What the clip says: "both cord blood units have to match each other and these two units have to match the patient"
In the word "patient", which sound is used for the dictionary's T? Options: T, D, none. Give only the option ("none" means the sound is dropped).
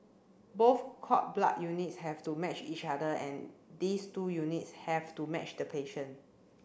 none